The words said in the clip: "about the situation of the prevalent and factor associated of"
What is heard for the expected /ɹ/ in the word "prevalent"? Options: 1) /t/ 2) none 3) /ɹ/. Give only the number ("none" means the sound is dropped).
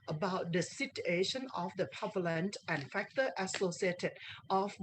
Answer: 2